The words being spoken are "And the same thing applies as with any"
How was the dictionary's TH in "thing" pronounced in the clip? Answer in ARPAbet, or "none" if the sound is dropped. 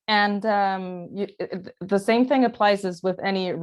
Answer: TH